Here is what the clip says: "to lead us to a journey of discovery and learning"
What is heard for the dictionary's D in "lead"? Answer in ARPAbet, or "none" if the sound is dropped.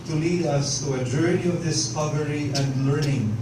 D